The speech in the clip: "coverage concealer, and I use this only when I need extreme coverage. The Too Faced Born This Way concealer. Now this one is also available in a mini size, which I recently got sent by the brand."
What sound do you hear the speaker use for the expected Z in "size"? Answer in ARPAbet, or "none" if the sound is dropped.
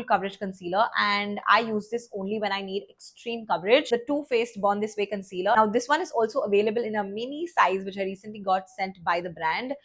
Z